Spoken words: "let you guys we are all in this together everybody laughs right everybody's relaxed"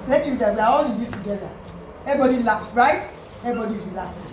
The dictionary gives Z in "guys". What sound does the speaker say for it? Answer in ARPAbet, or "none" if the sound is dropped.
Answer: none